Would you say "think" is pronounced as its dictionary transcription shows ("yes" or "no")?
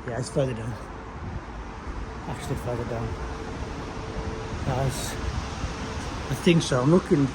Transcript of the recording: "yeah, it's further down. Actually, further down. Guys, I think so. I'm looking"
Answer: yes